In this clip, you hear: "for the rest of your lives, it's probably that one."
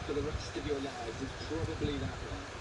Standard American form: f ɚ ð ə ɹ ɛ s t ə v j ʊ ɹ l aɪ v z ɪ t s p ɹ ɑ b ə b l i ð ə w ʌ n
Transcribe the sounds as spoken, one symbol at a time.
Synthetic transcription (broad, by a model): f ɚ ð ə ɹ ɛ s t ə v j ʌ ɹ l aɪ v ɪ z p ɹ ɑ b ə b l i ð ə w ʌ